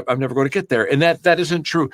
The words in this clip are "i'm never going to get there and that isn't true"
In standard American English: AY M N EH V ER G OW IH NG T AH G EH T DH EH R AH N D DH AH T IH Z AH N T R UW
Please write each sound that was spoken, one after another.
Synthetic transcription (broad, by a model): AY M N EH V ER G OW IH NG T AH G EH T DH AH R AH N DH DH AH T IH Z AH N T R UW